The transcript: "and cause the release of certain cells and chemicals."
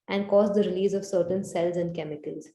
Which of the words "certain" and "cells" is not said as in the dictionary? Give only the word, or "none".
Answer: none